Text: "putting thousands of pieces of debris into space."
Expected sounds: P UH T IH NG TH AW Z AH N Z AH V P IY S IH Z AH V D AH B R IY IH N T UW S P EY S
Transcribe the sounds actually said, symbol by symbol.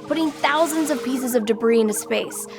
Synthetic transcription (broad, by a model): P UH T IH NG TH AW Z AH N Z AH V P IY S IH Z AH V D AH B R IY IH N T UW S P EY S